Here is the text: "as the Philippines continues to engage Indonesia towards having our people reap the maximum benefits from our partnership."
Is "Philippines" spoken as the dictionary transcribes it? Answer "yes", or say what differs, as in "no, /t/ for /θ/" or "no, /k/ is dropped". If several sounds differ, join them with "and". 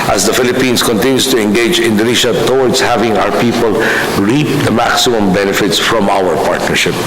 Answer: no, /s/ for /z/